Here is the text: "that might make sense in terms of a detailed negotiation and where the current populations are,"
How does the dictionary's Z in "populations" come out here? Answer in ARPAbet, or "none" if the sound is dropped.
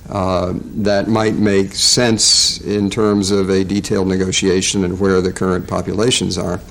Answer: Z